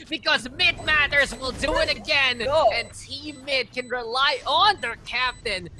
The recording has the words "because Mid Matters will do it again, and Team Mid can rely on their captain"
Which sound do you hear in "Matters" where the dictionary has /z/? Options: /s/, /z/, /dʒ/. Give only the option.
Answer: /z/